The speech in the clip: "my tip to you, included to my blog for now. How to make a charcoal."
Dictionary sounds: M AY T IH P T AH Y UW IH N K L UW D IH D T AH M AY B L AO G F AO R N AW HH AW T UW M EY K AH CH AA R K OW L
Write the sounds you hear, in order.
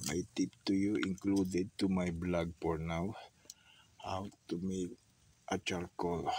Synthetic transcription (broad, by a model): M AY T IH P T AH Y UW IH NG K L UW D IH D T AH M AY B L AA G P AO R N AW HH AW T UW M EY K AH CH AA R K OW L